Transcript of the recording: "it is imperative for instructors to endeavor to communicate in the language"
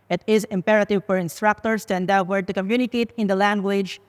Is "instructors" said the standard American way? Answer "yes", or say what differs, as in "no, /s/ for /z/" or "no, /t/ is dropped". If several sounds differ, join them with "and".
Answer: no, /s/ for /z/